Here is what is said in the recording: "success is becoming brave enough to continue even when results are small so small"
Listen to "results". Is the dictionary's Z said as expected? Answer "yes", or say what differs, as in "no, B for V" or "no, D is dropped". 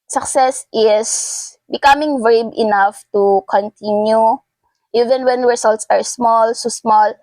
no, S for Z